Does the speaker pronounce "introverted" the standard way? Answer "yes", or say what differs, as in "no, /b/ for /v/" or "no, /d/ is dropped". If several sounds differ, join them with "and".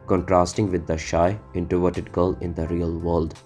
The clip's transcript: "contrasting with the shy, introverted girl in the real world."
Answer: no, /ɹ/ is dropped